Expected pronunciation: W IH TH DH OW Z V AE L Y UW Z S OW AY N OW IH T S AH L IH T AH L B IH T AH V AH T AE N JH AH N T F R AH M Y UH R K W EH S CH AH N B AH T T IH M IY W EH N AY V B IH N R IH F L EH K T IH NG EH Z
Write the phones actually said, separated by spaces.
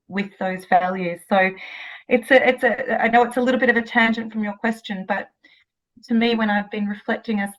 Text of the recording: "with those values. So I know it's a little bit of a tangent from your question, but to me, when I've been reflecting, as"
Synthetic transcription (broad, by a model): W IH DH OW Z V AE L Y UW Z S OW AY N OW IH T S AH L IH T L B IH T AH V AH T AE N JH AH N T F R AH M Y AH R K W EH S CH AH N B AH T T IH M IY W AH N AY V B IH N R IH F L EH K T IH NG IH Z